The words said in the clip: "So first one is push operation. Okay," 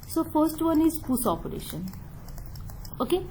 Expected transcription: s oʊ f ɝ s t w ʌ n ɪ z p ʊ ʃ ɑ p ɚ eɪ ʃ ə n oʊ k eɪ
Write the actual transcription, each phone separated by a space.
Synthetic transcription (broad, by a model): s oʊ f ɝ s t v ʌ n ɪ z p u s ɑ p ɚ eɪ ʃ ə n oʊ k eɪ